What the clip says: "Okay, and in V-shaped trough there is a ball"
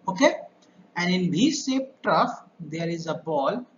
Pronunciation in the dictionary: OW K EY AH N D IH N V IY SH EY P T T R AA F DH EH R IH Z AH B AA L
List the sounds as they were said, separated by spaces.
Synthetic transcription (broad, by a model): OW K EY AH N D IH N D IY S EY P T T R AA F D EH R IH Z AH B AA L